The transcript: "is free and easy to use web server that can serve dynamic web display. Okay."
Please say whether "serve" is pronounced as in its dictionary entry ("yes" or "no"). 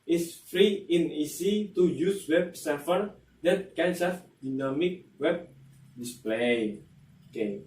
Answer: no